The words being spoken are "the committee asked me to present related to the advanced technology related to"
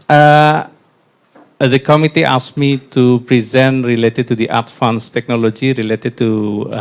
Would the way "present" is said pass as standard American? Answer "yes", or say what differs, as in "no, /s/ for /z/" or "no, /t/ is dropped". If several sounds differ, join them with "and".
yes